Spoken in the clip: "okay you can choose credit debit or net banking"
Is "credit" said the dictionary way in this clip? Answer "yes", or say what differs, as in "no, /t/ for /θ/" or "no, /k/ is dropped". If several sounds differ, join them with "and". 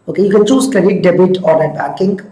no, /ɹ/ is dropped